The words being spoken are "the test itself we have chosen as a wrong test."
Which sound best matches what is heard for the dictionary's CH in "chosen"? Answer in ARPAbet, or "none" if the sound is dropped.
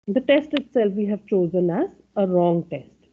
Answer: CH